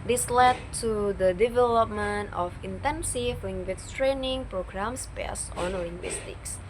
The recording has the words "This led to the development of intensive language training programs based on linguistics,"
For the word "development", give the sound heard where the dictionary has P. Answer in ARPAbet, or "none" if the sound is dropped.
P